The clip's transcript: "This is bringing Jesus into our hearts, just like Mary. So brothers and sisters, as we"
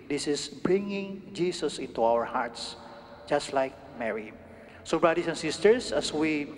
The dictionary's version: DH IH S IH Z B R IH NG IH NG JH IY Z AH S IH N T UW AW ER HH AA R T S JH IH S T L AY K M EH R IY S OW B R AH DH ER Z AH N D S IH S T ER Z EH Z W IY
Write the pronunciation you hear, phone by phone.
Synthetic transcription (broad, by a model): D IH S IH S B R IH NG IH NG JH IY S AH S IH N T UW AW ER HH AA R T S JH IH S T L AY K M EH R IY S OW B R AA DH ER S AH N S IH S T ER S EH S W IY